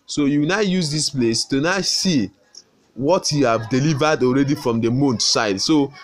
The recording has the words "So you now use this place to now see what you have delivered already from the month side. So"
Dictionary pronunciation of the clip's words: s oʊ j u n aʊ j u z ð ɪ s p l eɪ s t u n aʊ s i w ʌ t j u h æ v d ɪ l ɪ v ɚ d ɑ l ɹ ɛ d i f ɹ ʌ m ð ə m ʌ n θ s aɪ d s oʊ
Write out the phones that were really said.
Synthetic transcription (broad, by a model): s oʊ j u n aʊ j u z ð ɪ s p l eɪ s t u n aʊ s i w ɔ t j u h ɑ v d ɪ l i v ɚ d ɑ l ɹ ɛ d i f ɹ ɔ m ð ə m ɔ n t s aɪ d s oʊ